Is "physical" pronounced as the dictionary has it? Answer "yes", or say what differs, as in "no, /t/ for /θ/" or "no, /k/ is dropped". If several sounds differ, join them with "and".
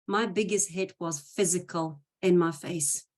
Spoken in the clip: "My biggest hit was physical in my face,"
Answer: yes